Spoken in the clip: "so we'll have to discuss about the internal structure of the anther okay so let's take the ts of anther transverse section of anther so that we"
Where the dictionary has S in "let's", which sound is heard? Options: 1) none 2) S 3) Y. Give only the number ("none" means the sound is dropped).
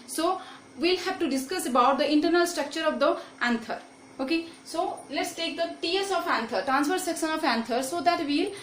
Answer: 2